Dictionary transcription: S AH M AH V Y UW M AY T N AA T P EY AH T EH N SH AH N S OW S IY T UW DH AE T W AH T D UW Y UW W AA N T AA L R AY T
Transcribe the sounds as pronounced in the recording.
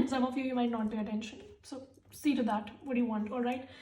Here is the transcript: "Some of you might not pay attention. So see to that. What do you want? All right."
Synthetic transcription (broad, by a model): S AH M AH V Y UW M AY T N AA T B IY AH T EH N SH AH N S OW S IY T UW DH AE T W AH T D Y UW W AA N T AA L R AY T